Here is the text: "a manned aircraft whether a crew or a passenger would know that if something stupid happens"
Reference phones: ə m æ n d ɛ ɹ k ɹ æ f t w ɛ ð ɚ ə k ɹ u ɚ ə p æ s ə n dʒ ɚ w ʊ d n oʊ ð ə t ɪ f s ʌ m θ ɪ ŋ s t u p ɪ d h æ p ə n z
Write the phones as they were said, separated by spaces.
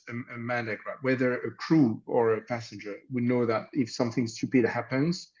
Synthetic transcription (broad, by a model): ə m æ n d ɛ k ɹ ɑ t w ɛ ð ɚ ə k ɹ u ɚ ə p æ s ə n dʒ ɚ w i n oʊ ð ə t ɪ f s ʌ m θ ɪ ŋ s t u p ɪ d h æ p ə n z